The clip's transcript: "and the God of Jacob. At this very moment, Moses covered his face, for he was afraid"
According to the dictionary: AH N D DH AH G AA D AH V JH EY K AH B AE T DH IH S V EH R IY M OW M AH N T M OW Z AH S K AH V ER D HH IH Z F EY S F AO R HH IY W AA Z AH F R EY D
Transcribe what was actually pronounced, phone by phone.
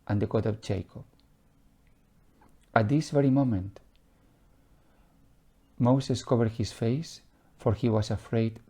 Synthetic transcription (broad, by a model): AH N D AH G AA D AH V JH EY K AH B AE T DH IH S V EH R IY M OW M AH N T M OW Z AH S K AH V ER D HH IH S F EY S F AO R HH IY W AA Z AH F R EY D